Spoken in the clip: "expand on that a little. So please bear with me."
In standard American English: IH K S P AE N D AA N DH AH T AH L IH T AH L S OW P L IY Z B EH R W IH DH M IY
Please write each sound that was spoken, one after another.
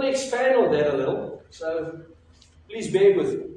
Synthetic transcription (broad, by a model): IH K S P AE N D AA L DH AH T AH L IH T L S OW P L IY Z B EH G W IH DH